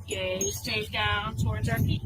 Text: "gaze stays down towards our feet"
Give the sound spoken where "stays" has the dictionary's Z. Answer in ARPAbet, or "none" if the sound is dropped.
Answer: none